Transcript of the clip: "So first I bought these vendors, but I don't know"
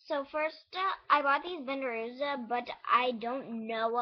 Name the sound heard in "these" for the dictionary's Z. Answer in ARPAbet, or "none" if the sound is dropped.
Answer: Z